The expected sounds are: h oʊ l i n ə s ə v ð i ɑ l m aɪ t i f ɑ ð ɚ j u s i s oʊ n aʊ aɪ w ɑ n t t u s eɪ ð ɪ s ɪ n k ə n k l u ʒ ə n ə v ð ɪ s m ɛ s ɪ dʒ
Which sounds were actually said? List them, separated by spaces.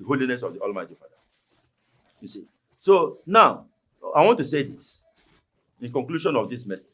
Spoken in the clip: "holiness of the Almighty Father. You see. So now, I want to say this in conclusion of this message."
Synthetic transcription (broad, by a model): h oʊ l i n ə s ə v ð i ɑ l m aɪ t i f ɑ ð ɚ j u s i s oʊ n aʊ aɪ w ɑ n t t u s eɪ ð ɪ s ɪ n k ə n k l u ʃ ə n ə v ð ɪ s m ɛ s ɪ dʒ